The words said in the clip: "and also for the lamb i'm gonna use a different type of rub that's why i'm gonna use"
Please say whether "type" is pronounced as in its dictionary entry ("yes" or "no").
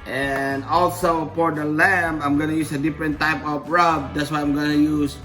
yes